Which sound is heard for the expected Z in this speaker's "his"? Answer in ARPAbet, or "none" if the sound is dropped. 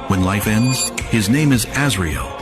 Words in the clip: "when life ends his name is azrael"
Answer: Z